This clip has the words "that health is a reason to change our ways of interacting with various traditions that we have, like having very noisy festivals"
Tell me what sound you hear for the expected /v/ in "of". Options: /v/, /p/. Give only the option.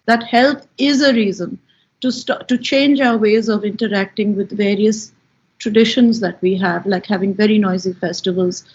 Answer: /v/